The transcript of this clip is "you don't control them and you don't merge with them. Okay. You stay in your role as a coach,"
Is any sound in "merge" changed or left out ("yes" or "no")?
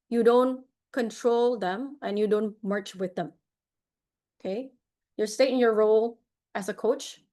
yes